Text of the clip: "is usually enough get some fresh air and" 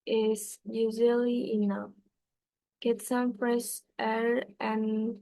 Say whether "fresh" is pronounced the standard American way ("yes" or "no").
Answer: no